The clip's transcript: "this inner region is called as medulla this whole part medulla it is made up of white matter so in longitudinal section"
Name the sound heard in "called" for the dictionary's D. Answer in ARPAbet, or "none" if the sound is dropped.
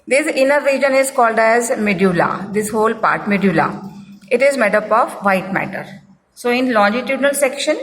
D